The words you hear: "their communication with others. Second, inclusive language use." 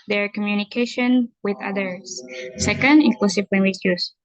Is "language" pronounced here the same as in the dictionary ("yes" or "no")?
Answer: no